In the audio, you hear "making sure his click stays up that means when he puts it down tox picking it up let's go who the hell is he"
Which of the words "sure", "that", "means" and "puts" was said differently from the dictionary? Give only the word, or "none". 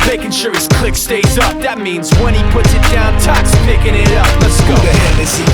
none